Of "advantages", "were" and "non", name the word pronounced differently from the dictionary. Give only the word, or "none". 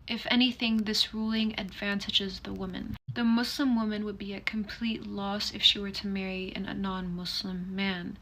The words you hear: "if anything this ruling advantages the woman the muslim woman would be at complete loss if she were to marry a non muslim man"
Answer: none